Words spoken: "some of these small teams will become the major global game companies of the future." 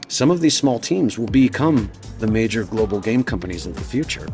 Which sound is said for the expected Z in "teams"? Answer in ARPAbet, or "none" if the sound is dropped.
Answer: Z